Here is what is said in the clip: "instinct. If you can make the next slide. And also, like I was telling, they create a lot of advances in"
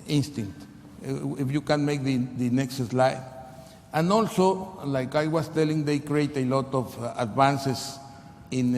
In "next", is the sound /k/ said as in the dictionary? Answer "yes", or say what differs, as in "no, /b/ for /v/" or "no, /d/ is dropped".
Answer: yes